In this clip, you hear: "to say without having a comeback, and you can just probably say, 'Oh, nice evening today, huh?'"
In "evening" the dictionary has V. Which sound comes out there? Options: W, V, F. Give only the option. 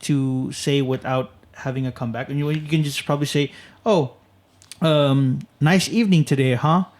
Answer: V